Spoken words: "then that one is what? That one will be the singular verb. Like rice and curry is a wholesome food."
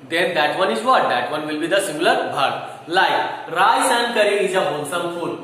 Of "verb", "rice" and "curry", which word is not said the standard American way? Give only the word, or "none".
verb